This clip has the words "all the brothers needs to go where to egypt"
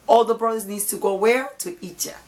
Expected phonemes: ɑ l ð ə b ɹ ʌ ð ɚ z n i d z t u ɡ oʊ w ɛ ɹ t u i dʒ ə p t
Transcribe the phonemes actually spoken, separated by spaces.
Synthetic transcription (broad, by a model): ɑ l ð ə b ɹ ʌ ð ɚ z n i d t u ɡ oʊ w ɛ ɹ t u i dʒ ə